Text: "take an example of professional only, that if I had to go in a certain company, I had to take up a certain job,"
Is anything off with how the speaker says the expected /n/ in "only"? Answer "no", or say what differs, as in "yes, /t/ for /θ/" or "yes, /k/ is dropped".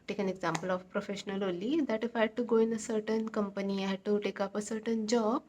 yes, /n/ is dropped